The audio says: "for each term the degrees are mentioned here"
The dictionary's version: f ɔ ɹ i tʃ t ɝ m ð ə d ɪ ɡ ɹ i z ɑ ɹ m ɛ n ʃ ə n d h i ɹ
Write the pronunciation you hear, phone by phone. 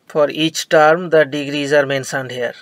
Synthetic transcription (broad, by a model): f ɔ ɹ i tʃ t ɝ m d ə d ɪ ɡ ɹ i z ɑ ɹ m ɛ n s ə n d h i ɹ